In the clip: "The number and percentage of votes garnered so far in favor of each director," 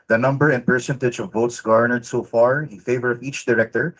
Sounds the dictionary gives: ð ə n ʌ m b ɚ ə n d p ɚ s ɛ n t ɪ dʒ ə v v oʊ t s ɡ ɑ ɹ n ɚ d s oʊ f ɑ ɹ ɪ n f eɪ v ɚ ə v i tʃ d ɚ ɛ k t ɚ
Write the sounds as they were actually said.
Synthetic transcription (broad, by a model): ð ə n ʌ m b ɚ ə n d p ɚ s ɛ n t ɪ dʒ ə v v oʊ t s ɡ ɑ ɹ n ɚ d s oʊ f ɑ ɹ ɪ n f eɪ v ɚ ə v i tʃ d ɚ ɛ k t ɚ